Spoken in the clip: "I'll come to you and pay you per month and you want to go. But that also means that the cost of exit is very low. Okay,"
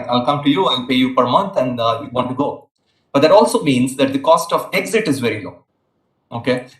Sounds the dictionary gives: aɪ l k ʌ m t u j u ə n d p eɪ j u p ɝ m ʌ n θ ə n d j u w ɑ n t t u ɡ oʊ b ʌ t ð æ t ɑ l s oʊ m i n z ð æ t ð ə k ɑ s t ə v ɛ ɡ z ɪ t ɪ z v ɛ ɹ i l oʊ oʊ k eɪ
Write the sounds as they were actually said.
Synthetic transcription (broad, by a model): aɪ l k ʌ m t u j u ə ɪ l p eɪ j u p ɝ m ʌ n t ə n d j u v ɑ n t t u ɡ oʊ b ʌ t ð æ t ɑ l s oʊ m i n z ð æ t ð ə k ɑ s t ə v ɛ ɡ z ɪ t ɪ z v ɛ ɹ i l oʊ oʊ k eɪ